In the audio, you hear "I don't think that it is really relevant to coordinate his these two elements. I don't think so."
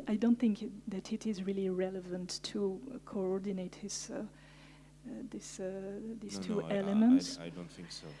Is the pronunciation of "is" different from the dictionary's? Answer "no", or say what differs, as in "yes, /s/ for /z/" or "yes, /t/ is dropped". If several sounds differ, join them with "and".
no